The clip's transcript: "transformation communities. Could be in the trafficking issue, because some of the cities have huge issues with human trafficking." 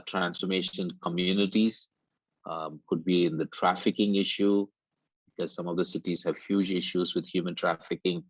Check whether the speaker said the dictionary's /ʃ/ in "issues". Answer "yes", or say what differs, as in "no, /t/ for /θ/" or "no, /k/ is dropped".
yes